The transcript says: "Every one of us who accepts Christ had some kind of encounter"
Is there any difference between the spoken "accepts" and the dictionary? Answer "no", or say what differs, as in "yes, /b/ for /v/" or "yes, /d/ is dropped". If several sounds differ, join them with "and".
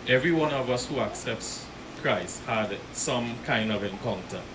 no